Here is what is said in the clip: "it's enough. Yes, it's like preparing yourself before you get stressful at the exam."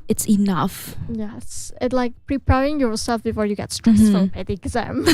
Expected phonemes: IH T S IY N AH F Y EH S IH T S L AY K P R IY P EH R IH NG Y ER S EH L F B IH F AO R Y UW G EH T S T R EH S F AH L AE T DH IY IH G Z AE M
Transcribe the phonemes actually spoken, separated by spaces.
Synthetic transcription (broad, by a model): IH T S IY N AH F Y EH S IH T L AY K P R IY P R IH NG Y ER S EH L F B IH F AO R Y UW G EH T S T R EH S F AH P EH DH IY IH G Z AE M